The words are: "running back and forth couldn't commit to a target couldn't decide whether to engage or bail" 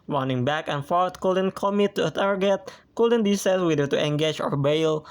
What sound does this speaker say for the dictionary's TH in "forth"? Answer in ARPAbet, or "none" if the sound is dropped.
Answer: T